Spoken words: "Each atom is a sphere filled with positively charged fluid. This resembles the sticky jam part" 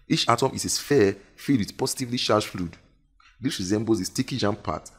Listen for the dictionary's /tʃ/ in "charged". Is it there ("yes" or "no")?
no